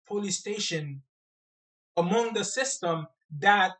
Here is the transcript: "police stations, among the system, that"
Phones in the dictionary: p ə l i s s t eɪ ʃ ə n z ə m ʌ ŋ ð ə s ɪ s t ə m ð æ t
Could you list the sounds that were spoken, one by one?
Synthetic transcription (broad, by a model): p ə l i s s t eɪ ʃ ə n ə m ʌ ŋ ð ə s ɪ s t ə m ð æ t